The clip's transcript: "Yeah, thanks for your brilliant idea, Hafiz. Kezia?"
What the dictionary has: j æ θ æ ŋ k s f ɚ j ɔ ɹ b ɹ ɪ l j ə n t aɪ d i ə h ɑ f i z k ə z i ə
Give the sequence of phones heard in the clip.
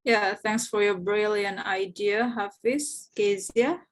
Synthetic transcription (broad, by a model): j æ θ æ ŋ k s f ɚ j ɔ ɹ b ɹ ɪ l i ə n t aɪ d i ə h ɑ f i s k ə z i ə